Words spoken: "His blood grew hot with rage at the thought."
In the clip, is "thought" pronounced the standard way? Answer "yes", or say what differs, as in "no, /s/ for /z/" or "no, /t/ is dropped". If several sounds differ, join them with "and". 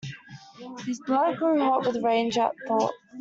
yes